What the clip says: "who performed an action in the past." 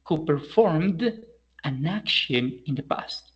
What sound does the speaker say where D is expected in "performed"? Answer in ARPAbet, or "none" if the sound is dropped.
D